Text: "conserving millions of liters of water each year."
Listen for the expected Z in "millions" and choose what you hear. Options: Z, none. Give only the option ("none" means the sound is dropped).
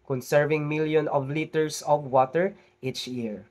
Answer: none